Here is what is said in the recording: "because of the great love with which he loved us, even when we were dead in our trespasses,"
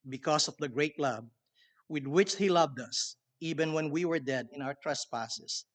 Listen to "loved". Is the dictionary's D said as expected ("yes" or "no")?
yes